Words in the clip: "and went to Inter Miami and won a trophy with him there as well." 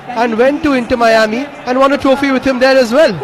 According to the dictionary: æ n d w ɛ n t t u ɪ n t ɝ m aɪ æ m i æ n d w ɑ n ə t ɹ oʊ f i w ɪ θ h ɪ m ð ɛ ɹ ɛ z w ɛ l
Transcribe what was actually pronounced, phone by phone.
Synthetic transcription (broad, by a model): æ n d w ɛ n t t u ɪ n t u m aɪ æ m i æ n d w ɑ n ə t ɹ oʊ f i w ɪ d h ɪ m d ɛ ɹ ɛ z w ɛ l